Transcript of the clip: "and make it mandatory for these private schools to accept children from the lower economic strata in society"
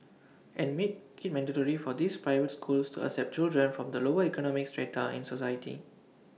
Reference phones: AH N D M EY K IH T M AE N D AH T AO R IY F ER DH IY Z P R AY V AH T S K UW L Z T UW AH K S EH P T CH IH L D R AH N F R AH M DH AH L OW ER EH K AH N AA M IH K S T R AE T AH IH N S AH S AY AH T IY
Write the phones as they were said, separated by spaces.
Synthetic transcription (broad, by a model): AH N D M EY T IH T M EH N D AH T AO R IY F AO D IY S P R AY V AH T S K UW L S T UW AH S EH P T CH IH L D R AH N F R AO M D AH L OW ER EH K AH N AA M IH K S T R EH T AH IH N S AH S AY AH T IY